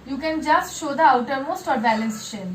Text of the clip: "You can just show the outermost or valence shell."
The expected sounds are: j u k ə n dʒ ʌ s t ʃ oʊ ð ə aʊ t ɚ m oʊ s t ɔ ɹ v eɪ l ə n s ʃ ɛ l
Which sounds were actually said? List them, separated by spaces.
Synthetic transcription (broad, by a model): j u k ə n dʒ ʌ s t ʃ oʊ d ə aʊ t ɚ m oʊ s t ɔ ɹ b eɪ l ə n s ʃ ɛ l